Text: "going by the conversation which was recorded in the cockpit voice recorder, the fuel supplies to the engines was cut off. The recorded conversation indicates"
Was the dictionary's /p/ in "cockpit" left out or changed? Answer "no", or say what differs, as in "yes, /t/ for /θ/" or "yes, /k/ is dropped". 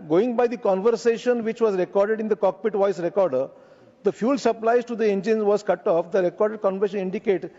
no